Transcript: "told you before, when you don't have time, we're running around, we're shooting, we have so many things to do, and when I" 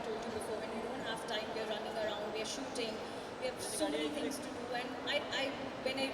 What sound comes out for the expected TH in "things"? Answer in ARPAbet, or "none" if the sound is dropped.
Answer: T